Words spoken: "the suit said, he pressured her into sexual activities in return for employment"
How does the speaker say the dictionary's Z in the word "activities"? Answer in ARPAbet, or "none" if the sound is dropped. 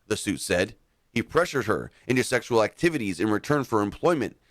Z